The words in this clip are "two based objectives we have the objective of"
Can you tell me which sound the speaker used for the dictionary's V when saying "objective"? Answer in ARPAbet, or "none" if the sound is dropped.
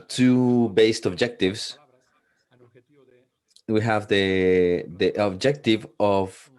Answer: V